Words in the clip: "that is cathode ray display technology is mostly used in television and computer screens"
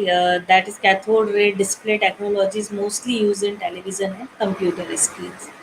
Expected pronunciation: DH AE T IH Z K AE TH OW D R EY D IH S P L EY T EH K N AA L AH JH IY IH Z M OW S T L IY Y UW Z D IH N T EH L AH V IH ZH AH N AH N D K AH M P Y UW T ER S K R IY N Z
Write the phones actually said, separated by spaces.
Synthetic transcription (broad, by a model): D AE T IH Z K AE T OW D R EY D IH S P L EY T EH K N AA L AH JH IY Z M OW S T L IY Y UW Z IH N T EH L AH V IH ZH AH N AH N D K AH M P Y UW T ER S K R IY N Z